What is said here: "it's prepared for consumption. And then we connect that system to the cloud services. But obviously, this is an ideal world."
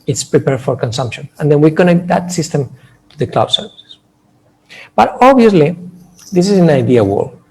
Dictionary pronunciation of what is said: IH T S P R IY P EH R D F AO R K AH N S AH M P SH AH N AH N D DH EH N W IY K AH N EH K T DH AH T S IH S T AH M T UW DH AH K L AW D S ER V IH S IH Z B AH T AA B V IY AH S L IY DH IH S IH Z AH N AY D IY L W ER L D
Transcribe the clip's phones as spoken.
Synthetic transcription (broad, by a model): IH T S P R IY P EH R D F AO R K AH N S AH M P SH AH N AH N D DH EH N W IY K AH N EH K T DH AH T S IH S T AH M T UW DH AH K L AW D S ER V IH S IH S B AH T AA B IY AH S L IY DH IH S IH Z AH N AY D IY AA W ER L